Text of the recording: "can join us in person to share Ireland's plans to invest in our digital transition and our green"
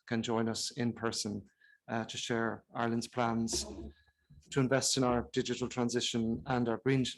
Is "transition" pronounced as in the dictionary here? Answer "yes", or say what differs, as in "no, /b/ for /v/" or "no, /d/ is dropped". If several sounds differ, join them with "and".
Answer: yes